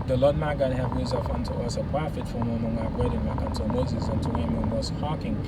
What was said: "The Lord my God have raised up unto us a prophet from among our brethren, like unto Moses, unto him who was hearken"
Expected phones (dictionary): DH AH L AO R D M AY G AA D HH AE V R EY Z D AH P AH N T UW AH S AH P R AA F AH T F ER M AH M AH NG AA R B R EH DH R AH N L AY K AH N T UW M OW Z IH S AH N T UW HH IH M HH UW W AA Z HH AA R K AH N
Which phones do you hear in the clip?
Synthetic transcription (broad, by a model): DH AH L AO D M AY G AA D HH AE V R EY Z AH F AH N T UW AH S AH P R AA F AH T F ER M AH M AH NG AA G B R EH R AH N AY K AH N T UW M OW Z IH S AH N T UW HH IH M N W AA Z HH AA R K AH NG